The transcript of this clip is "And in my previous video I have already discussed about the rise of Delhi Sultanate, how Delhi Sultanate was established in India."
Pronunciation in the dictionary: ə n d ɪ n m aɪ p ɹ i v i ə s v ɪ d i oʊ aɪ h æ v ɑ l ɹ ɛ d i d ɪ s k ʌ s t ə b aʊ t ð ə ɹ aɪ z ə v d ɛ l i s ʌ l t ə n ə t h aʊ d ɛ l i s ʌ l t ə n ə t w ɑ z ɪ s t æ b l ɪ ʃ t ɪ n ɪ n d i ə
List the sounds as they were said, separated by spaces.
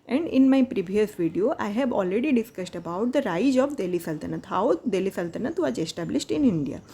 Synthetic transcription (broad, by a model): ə n d ɪ n m aɪ p ɹ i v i ə s v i d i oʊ aɪ h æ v ɑ l ɹ ɛ d i d ɪ s k ʌ s t ə b aʊ t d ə ɹ aɪ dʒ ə b d ɛ l i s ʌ l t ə n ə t h aʊ d ɛ l i s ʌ l t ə n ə t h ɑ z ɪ s t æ b l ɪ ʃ t ɪ n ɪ n d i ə